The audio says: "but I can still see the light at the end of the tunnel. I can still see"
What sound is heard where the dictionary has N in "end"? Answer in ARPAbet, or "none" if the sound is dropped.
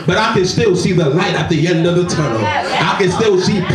N